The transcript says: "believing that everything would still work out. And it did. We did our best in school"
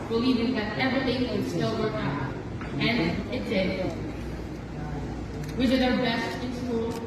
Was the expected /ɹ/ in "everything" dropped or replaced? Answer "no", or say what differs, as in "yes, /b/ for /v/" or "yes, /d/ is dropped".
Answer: no